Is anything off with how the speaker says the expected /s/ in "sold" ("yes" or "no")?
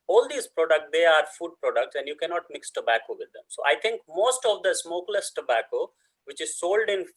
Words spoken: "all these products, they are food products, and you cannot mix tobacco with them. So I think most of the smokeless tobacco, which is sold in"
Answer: no